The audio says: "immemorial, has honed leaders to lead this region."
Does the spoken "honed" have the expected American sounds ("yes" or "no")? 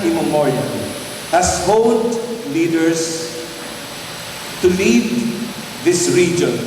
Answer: no